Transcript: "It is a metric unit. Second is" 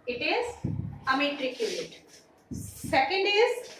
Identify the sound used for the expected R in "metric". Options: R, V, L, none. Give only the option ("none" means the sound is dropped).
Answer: R